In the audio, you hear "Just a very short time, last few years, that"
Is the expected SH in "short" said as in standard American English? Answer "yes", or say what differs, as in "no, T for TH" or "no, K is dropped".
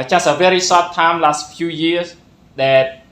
no, S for SH